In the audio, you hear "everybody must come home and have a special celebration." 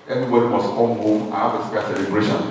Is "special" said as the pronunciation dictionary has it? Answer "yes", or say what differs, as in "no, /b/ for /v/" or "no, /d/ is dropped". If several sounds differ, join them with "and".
no, /ʃ/ is dropped